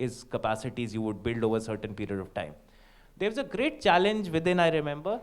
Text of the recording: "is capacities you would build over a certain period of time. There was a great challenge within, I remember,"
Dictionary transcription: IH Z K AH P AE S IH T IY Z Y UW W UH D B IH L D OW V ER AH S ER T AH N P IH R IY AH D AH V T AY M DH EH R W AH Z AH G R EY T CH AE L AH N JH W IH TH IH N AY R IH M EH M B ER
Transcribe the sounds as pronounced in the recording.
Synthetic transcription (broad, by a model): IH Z K AH P AE S IH T IY Z Y UW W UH D B IH L D OW V ER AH S ER T AH N P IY R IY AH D AH V T AY M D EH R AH Z AH G R EY T CH AE L AH N JH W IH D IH N AY R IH M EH M B ER